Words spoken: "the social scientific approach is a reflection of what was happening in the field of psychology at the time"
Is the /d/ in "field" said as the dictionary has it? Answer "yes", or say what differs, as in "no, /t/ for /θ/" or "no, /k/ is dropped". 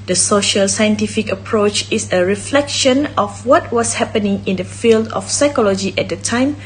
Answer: yes